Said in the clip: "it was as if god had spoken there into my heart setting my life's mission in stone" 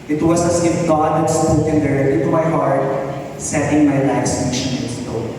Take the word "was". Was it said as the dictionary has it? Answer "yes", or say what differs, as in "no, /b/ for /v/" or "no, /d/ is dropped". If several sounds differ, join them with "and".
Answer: no, /s/ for /z/